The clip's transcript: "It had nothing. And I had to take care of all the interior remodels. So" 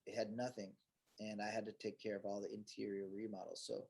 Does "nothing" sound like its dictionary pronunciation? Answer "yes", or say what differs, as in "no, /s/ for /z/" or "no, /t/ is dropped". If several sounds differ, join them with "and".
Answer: yes